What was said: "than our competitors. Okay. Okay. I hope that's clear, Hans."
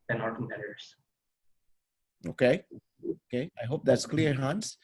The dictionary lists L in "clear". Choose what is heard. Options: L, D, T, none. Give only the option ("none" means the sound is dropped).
L